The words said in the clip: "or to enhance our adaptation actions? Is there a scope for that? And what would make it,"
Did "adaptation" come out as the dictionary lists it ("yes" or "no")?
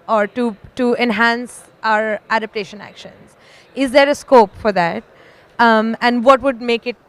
yes